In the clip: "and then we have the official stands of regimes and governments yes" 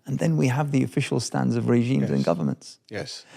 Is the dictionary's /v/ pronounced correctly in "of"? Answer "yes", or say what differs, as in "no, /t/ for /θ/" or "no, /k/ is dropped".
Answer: yes